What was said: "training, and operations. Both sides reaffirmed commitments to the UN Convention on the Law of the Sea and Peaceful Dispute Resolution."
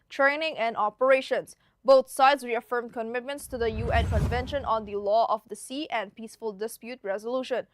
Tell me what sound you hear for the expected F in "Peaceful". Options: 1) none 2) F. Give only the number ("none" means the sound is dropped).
2